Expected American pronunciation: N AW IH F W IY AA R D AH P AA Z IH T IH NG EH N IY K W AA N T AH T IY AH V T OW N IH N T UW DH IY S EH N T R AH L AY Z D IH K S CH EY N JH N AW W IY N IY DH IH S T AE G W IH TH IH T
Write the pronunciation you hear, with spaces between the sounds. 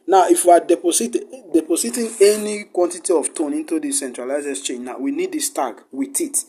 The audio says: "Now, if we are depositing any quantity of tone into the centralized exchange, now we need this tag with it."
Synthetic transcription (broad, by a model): N AW IH F W IY AA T D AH P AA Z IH T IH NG EH N IY K W AA N T AH T IY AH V T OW N IH N T UW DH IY S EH N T R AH L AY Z IH S CH EY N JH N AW W IY N IY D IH S T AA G W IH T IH T